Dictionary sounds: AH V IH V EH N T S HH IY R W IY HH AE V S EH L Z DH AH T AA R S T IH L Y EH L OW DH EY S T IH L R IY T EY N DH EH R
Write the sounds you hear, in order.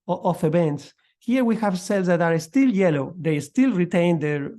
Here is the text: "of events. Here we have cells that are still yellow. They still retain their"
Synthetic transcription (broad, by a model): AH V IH B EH N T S HH IY R W IY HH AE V S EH L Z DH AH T AA R S T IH L Y EH L OW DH EY S T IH L R IY T EY N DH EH R